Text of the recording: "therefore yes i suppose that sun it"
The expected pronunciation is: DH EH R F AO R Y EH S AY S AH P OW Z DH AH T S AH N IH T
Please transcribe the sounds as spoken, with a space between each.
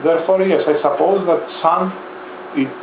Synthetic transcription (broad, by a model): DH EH R F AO R Y EH S AY S AH P OW Z DH AH T S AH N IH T